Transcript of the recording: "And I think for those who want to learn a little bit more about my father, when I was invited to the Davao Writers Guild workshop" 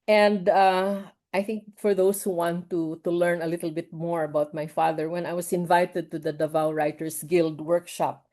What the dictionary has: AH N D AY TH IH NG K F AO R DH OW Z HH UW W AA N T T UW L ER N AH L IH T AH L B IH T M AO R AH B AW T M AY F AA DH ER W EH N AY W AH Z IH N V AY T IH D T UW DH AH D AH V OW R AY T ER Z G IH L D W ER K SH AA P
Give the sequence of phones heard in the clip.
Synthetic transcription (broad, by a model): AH N D AY TH IH NG K F AO R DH OW S HH UW W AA N T T UW L ER N AH L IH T L B IH T M AO R AH B AW T M AY F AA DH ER W EH N AY W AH S IH N V AY T IH D T UW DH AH D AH V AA R AY T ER S G IH L D W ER K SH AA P